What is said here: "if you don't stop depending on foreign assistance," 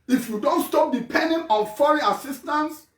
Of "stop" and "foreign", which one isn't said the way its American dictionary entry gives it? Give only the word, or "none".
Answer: foreign